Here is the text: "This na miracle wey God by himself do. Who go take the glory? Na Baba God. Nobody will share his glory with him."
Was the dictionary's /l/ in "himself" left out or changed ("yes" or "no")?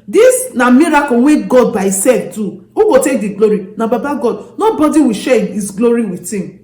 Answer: yes